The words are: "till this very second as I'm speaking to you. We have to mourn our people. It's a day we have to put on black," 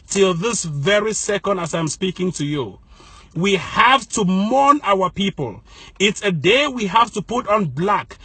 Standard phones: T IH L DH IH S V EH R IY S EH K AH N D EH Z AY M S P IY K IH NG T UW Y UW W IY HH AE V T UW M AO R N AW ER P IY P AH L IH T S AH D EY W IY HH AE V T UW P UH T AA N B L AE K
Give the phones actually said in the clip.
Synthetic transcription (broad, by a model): T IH L DH IH S V EH R IY S EH K AH N D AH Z AY M S P IY K IH NG T UW Y UW W IY HH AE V T UW M AO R N AW ER P IY P AH L IH T S AH D EY W IY HH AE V T UW P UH T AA N B L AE K